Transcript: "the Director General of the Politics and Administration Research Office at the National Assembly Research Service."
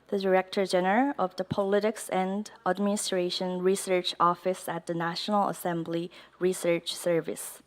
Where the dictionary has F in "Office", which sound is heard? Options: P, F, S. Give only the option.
F